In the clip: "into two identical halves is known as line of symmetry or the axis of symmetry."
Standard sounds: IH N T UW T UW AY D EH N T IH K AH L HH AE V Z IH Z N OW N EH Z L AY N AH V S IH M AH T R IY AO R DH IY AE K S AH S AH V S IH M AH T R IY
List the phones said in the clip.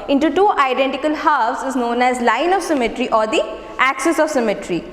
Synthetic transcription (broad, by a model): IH N T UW T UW AY D EH N T IH K AH L HH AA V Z IH Z N OW N EH Z L AY N AH V S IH M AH T R IY AO R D IY AE K S AH S AH V S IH M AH T R IY